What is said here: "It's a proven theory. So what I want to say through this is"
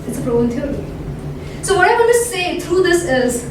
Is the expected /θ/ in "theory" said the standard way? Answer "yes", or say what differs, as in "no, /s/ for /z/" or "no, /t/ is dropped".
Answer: no, /t/ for /θ/